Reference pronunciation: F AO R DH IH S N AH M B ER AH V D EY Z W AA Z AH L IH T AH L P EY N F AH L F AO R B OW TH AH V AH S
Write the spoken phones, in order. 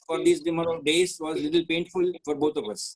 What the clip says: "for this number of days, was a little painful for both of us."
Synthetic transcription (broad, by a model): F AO R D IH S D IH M ER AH D EY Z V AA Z L IH T AH L P EY N F AH L F AO R B OW T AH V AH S